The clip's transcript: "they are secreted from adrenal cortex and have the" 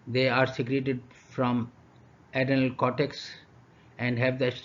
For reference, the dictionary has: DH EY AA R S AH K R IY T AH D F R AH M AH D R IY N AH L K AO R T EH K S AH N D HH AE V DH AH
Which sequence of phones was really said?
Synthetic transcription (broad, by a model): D EY AA R S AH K R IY T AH D F R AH M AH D AH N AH L K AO T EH K S AH N D HH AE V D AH